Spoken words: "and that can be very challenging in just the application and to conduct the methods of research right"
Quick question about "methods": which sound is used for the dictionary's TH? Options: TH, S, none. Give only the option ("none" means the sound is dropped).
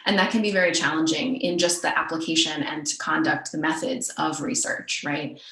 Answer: TH